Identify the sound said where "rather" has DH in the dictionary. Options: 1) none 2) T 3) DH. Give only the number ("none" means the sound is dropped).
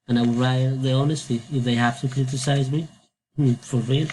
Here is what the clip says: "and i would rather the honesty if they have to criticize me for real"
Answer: 1